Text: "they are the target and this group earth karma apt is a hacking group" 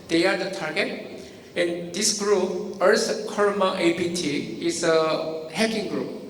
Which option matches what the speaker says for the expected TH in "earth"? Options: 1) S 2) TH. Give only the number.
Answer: 1